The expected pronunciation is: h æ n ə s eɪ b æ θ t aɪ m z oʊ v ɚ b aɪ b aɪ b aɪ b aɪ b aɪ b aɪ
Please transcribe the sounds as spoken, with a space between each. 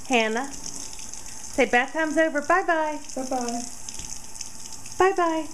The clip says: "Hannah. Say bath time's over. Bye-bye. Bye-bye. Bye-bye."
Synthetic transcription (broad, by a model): h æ n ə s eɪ b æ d t aɪ m z oʊ v ɚ b aɪ b aɪ b aɪ b aɪ b aɪ b aɪ